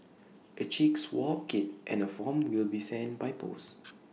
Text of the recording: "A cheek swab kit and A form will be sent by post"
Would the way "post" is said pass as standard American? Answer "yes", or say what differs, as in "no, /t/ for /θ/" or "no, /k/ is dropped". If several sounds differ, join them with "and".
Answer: no, /t/ is dropped